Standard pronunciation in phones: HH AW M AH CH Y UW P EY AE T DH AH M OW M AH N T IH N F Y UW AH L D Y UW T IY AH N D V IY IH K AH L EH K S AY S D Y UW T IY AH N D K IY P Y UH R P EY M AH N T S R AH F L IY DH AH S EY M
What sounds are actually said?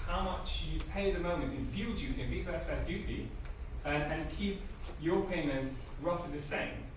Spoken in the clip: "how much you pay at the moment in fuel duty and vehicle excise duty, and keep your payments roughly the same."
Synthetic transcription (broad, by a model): HH AW M AH CH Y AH P EY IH DH AH M OW M AH N T IH N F Y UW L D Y UW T IY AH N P IY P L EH K S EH S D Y UW T IY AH N K IY P Y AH P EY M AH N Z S R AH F IY DH AH S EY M